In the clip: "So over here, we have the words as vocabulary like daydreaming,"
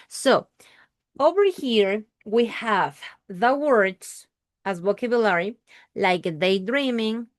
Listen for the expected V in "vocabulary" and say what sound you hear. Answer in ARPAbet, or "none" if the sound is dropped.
W